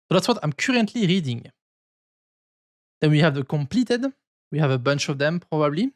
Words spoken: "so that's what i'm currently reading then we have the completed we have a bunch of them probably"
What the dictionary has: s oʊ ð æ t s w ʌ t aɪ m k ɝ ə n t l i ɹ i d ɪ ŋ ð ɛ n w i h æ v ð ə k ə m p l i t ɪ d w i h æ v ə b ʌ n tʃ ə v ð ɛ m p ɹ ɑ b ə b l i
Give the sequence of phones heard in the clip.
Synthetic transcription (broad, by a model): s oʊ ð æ t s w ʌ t aɪ m k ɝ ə n t l i ɹ i d ɪ ŋ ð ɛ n w i h æ v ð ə k ə m p l i t ɪ d w i h æ v ə b ʌ n tʃ ə v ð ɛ m p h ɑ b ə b l i